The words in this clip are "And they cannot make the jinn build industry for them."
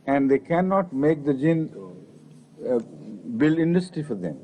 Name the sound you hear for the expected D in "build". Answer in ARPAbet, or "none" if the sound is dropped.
none